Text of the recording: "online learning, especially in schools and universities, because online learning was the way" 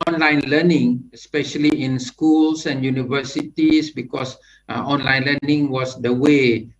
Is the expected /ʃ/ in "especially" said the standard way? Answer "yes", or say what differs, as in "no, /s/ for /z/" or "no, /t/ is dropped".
yes